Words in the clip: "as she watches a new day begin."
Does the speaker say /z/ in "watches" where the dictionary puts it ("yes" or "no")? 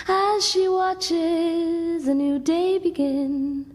yes